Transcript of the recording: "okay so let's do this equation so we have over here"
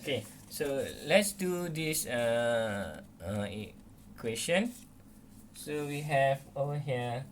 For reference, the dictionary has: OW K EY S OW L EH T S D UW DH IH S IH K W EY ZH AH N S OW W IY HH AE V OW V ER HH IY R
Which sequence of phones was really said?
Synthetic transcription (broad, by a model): K EY S OW L EH T S D UW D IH S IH K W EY S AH N S OW W IY HH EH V OW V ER HH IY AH